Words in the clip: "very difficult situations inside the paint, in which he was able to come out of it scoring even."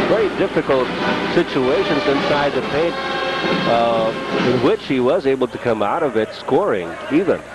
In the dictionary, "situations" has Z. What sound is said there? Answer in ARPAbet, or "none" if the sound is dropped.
Z